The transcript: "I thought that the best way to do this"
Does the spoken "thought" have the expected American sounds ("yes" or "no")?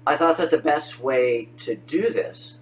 yes